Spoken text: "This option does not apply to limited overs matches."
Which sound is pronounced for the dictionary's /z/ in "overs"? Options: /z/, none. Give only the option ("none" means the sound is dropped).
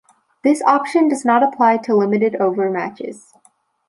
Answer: none